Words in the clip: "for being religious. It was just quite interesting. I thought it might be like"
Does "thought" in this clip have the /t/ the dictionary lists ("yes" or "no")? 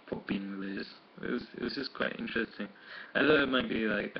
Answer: no